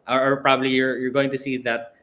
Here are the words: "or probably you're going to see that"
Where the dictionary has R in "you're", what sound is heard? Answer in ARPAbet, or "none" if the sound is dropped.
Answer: R